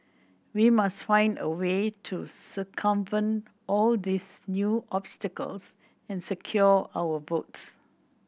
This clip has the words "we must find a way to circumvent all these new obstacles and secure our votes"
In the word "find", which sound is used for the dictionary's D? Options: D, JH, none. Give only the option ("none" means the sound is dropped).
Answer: D